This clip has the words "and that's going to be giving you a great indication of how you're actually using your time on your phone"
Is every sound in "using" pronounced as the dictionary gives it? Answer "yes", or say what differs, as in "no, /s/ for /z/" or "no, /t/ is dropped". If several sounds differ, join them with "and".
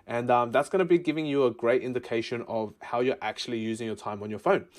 yes